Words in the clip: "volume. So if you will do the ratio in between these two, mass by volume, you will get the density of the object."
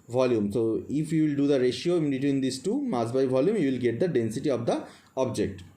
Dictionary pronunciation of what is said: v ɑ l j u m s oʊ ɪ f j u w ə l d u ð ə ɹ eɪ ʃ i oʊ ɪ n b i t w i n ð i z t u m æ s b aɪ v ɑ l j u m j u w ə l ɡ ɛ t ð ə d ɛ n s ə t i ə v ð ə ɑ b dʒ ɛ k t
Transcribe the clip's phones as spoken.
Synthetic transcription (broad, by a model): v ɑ l j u m s oʊ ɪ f j u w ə l d u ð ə ɹ eɪ ʃ i oʊ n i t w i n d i s t u m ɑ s b aɪ v ɑ l j u m j u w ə l ɡ ɛ t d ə d ɛ n s ə t i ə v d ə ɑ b dʒ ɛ k t